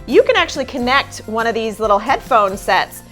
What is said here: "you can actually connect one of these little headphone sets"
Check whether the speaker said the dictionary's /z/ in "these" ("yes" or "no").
yes